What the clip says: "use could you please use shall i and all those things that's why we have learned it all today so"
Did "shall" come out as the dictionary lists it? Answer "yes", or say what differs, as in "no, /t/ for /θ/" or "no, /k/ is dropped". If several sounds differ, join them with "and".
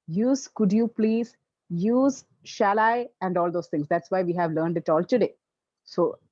yes